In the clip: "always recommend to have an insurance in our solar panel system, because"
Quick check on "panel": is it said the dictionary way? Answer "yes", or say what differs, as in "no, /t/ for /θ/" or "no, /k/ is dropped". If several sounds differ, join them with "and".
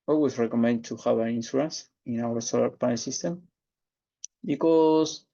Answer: no, /n/ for /l/